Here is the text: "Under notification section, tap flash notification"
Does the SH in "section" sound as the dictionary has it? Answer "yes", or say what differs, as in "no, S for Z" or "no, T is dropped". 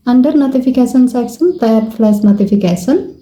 no, S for SH